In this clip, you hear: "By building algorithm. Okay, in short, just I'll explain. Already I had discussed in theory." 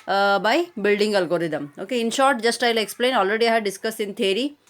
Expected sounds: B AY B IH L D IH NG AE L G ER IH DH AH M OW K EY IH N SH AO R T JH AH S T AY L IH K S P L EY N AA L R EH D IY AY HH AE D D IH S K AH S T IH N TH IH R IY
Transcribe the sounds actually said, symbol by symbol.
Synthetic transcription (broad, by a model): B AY B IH L D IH NG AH L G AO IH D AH M OW K EY IH N SH AO R T JH AH S T AY L IH K S P L EY N AA L R EH D IY AY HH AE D D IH S K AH S IH N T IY R IY